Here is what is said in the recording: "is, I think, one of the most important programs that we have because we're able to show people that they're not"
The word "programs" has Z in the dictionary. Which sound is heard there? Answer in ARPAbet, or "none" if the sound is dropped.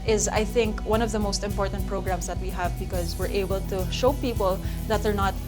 S